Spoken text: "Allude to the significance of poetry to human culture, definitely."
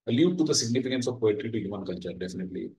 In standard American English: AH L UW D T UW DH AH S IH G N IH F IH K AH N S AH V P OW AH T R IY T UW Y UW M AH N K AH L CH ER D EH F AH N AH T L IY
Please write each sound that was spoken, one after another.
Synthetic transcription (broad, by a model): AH L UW T UW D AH S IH G N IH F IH K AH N S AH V P OW AH T R IY T UW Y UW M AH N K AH N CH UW D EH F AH N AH T L IY